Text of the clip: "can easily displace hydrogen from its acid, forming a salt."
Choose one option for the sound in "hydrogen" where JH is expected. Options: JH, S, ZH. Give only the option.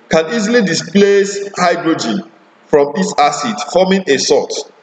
JH